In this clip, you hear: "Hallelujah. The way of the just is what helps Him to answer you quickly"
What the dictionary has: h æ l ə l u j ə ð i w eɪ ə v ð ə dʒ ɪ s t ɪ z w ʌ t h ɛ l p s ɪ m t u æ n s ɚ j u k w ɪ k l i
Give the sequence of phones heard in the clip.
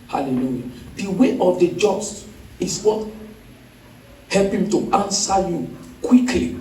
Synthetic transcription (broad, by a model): h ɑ l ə l u j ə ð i w eɪ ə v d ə dʒ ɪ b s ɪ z w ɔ t h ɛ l p ɪ m t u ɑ n s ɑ j u k w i k l i